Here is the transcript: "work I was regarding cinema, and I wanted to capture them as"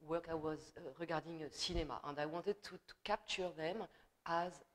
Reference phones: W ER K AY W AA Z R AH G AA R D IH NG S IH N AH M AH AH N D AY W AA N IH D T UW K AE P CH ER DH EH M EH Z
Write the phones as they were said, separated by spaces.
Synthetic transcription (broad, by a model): W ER K AY W AA Z R AH G AA R D IH NG S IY N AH M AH AH N D AY W AA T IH D T UW K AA P CH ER DH EH M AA Z